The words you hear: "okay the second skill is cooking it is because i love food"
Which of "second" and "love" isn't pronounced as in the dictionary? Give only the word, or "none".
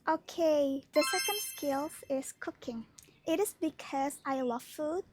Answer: love